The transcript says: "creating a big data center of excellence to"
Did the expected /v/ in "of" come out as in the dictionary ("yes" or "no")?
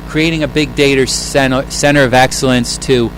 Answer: yes